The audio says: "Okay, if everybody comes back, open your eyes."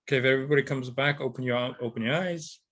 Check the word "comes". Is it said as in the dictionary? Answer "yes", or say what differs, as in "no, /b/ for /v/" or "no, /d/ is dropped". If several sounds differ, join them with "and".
yes